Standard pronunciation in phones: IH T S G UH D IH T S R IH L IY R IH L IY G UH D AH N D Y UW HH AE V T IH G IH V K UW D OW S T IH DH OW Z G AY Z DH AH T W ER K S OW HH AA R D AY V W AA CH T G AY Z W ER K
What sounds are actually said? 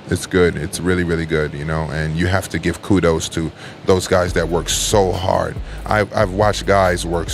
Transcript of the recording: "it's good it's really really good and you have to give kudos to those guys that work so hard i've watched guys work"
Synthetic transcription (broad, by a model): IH T S G UH D IH T S R IH L IY R IH L IY G UH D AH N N Y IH HH AE F T IH G IH V K UW D OW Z T IH DH OW Z G AY Z DH AH T W ER K S OW HH AA R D AY V W AA CH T G AY Z W ER K